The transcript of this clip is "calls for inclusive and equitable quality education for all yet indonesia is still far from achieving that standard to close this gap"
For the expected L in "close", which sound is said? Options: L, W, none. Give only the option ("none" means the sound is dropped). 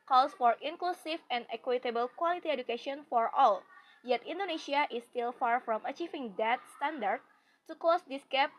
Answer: none